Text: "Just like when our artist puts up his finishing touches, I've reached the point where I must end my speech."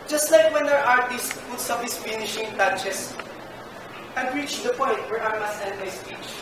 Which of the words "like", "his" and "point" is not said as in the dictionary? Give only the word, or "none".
his